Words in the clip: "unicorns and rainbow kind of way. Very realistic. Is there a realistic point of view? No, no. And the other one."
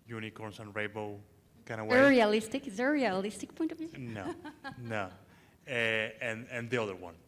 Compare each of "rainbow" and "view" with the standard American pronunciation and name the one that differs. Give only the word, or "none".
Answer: rainbow